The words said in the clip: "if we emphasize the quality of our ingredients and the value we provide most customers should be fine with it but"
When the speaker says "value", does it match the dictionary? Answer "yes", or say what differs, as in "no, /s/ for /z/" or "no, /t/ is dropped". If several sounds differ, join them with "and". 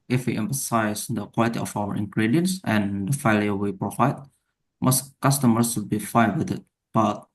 no, /f/ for /v/